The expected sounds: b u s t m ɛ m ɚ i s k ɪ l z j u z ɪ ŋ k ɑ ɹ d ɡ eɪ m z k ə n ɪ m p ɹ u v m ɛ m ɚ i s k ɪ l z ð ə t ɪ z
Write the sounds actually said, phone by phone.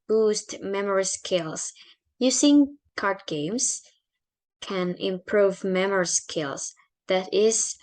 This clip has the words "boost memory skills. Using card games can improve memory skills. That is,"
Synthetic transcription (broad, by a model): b u s t m ɛ m ɚ i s k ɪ l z j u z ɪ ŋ k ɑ ɹ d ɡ eɪ m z k ə n ɪ m p ɹ u v m ɛ m ɚ i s k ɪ l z ð ə t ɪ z